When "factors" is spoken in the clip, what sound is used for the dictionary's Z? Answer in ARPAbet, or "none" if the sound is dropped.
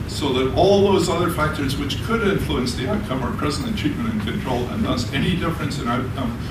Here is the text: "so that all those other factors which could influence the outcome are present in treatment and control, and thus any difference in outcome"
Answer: Z